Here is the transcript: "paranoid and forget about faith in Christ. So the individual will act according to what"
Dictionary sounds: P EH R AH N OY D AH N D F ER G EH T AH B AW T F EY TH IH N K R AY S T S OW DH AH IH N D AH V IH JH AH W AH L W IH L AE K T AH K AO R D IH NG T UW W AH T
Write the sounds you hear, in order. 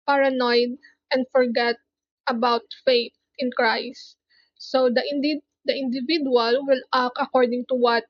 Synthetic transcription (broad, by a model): P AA R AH N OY D AH N D F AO G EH T AH B AW T F EY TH IH N K R AY S T S OW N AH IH N D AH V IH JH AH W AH L W IH L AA K AH K AO R D IH NG T UW W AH T